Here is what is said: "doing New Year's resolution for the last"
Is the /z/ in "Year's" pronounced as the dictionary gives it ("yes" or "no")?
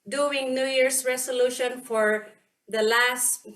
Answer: no